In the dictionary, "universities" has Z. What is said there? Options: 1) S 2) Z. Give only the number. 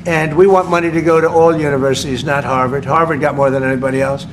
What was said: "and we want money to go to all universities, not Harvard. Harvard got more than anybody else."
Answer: 2